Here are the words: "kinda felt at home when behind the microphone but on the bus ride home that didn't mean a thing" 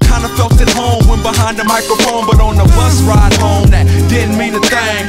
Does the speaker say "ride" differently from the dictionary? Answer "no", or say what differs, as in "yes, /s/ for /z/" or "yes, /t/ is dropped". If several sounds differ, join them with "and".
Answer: no